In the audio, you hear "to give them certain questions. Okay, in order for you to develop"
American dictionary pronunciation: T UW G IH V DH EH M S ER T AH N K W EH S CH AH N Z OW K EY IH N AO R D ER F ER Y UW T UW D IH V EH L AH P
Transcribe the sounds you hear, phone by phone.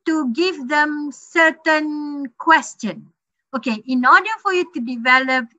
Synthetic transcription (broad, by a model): T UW G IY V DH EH M S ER T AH N K W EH S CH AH N OW K EY IH N AO D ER F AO Y UW T UW D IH V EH L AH P